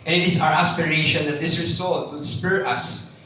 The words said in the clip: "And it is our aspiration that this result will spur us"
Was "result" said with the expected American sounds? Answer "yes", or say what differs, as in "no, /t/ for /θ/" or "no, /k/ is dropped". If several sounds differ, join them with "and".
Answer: no, /s/ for /z/